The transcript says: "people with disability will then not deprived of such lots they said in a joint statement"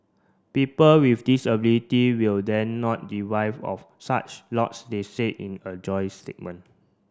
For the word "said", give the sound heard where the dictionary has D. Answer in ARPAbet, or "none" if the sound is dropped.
none